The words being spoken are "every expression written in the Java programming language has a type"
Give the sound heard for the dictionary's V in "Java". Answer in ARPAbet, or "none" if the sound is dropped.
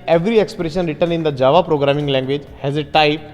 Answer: V